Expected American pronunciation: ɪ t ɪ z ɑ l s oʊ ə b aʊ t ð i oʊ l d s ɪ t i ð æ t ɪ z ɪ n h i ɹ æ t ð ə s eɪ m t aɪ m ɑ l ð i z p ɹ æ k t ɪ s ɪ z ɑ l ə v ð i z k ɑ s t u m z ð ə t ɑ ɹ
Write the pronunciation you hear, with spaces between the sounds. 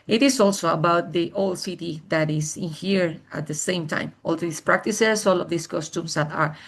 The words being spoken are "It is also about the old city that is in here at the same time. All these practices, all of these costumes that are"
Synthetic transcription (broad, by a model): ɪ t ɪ s ɑ l s oʊ ə b aʊ t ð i oʊ l d s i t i ð æ t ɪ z ɪ n h i ɹ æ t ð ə s eɪ m t aɪ m ɑ l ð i s p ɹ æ k t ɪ s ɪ s ɑ l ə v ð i s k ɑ s t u m s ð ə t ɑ ɹ